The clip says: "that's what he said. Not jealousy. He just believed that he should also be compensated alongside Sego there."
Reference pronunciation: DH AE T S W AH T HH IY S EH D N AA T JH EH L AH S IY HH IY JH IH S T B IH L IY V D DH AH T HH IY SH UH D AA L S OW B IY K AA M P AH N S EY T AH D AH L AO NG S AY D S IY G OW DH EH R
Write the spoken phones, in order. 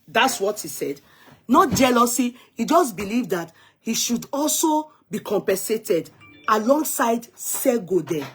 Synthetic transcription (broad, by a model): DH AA T S W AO T HH IY S EH D N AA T JH EH L AH S IY HH IY JH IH S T B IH L IY V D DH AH T HH IY SH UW D AA L S OW B IY K AA M P AH N S EY T AH D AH L AO NG S AY D S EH G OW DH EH